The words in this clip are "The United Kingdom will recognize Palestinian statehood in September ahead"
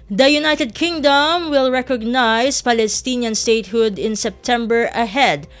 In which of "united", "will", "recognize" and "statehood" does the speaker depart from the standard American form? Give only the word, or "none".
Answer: recognize